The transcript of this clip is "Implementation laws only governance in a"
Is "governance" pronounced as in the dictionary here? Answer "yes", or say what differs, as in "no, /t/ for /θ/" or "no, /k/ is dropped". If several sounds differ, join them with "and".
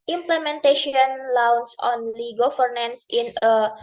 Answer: no, /f/ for /v/